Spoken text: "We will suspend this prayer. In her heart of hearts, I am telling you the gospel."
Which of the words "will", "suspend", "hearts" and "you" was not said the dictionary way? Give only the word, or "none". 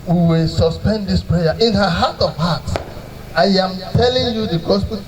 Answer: hearts